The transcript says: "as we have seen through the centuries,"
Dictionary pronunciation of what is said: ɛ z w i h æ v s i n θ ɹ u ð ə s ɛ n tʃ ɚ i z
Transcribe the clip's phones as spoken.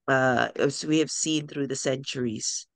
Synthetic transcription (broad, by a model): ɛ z w i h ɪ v s i n θ ɹ u ð ə s ɛ n tʃ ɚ i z